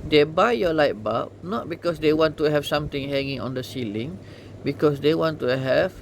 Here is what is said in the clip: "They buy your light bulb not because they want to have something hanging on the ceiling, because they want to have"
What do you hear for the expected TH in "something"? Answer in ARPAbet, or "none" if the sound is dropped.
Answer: T